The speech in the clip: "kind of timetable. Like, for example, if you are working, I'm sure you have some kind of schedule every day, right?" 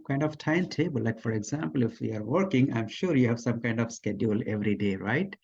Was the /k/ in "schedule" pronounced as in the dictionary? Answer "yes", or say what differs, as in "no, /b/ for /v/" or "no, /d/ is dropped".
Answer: yes